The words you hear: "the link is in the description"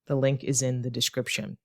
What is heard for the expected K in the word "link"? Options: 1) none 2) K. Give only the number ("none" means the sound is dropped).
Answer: 2